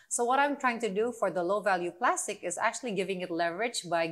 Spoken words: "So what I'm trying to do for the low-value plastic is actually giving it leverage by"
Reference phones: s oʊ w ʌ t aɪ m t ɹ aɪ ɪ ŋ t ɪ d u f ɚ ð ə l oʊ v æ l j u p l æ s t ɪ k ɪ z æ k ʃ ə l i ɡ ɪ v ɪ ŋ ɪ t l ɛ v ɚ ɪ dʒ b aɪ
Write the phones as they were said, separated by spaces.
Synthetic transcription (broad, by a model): s oʊ w ʌ t aɪ m t ɹ aɪ ɪ ŋ t ɪ d u f ɚ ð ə l oʊ v æ l j u p l æ s t ɪ k ɪ z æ k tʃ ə l i ɡ ɪ v ɪ ŋ ɪ t l ɛ v ɚ ɪ dʒ b aɪ